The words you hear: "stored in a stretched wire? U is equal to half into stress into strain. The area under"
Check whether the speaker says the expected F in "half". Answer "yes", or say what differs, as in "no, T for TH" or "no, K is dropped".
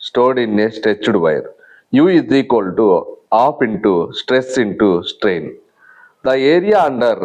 no, P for F